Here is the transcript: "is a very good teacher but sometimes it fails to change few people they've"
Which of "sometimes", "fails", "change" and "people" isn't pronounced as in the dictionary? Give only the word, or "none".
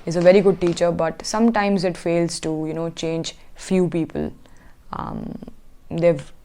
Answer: none